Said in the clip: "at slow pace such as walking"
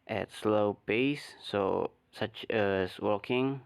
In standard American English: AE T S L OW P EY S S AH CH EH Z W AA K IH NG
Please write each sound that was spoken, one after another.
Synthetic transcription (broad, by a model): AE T S L OW B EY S S AH CH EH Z W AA K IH NG